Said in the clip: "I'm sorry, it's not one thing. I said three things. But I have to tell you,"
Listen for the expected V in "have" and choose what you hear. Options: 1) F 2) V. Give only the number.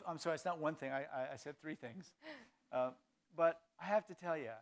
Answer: 1